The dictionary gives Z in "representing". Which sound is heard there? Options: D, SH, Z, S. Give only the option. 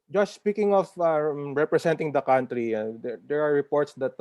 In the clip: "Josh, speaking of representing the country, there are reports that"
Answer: S